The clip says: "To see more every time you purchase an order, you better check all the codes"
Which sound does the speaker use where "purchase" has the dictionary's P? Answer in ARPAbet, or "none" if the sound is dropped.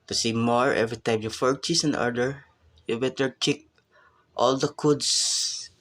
F